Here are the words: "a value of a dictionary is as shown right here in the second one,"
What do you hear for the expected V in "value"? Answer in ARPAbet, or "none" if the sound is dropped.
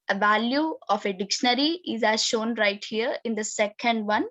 V